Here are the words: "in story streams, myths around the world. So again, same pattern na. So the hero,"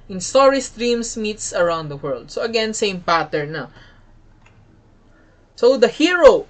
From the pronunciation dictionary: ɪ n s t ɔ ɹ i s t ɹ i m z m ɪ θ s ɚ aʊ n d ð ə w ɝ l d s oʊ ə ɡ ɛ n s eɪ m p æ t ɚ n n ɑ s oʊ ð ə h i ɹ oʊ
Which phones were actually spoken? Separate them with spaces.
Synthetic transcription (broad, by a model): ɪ n s t ɔ ɹ i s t ɹ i m s m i t s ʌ aʊ n d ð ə w ɝ l d s oʊ ə ɡ ɛ n s eɪ m p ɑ t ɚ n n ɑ s oʊ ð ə h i ɹ oʊ